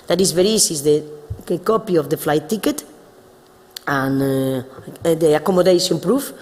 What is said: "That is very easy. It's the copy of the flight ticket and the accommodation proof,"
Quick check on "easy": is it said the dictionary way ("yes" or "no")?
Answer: no